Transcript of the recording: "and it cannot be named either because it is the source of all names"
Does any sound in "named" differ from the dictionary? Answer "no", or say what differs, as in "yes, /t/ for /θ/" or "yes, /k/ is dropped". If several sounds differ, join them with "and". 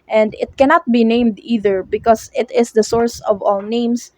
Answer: no